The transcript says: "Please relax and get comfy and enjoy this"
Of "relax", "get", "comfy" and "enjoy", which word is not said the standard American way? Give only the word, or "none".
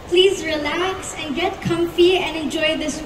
none